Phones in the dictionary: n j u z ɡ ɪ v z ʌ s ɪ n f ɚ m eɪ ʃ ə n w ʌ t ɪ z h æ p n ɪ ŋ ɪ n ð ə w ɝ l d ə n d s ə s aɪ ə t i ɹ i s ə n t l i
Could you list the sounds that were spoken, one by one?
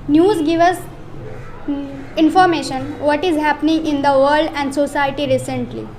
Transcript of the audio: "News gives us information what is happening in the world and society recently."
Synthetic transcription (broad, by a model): n j u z ɡ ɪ v ʌ s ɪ n f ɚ m eɪ ʃ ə n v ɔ t ɪ z h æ p n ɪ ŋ ɪ n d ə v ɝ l d ə n d s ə s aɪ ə t i ɹ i s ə n t l i